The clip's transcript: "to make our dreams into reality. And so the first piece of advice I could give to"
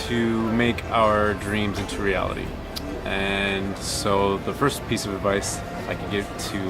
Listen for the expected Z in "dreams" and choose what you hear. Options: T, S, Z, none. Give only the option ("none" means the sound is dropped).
Z